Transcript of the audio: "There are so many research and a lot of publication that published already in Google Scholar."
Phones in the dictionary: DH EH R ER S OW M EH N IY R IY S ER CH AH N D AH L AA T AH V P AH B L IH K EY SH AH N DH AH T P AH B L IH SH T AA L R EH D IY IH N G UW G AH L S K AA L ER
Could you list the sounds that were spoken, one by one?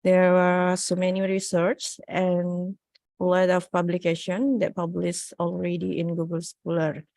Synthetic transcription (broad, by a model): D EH R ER S OW M EH N IY R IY S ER CH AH N AH L AA T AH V P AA B L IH K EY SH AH N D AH T P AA B L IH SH AA L R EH D IY IH N G UW G AH L S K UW L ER